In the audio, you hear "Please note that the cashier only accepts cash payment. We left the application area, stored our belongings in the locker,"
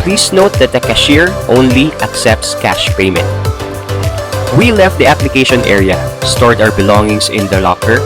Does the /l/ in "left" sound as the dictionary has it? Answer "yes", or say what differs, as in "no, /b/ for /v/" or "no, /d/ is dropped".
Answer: yes